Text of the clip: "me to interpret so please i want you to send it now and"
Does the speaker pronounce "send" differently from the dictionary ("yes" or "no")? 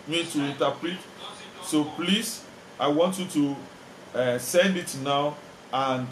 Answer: no